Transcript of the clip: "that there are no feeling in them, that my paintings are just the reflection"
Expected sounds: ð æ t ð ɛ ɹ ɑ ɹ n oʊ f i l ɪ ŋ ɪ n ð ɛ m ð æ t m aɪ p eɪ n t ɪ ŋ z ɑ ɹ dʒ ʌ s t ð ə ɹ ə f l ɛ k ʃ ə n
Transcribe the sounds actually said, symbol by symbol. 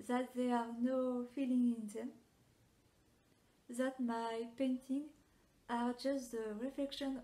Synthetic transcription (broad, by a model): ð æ t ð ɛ ɑ ɹ n oʊ f i l ɪ ŋ ɪ n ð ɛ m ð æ t m aɪ p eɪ n t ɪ ŋ ɑ ɹ dʒ ʌ s t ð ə ɹ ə f l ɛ k ʃ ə n